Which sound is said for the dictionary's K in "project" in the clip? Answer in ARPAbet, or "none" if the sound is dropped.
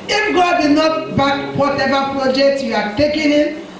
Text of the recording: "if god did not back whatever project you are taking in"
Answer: K